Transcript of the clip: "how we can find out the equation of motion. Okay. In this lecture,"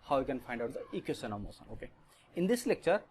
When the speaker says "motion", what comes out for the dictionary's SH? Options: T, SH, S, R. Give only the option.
S